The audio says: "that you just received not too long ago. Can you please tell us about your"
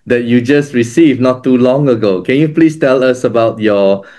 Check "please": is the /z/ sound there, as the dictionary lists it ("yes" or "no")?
no